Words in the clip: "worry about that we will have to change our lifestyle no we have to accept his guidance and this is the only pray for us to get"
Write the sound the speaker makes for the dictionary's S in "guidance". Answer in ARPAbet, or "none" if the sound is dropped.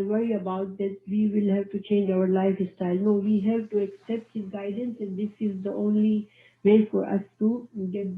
S